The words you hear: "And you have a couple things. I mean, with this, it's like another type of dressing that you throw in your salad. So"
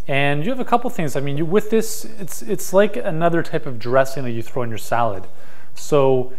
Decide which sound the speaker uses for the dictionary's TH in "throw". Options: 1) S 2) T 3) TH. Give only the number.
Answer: 3